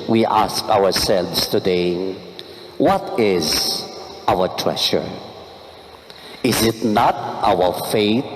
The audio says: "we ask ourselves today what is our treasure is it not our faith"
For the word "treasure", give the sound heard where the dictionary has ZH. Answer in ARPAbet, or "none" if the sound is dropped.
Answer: SH